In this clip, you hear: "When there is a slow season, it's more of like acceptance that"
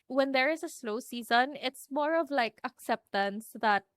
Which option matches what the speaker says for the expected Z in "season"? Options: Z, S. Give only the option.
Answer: Z